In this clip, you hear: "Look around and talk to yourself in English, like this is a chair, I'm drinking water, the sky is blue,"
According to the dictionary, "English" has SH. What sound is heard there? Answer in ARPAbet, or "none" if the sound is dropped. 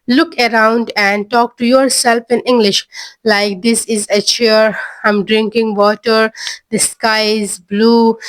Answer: SH